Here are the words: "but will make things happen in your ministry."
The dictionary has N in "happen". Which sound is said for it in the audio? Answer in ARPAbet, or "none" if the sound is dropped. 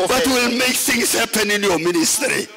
N